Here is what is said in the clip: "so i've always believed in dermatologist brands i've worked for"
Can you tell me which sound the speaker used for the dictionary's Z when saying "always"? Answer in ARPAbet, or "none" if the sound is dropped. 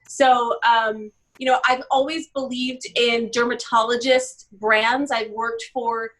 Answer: Z